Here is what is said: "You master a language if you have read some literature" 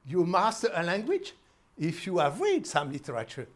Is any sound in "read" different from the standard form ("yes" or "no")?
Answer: no